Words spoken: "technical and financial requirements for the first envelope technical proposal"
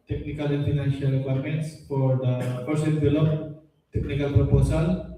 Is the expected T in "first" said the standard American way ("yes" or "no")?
no